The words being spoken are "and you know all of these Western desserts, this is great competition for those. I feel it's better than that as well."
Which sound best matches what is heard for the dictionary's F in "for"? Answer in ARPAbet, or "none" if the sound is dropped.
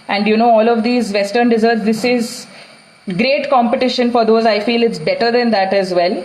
F